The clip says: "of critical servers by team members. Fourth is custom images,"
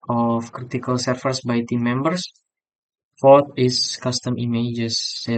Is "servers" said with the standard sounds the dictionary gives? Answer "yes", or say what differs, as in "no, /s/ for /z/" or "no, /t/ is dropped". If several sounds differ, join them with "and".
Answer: no, /f/ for /v/ and /s/ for /z/